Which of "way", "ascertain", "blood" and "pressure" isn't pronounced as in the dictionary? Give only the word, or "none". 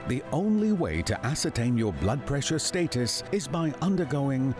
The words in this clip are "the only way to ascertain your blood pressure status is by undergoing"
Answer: none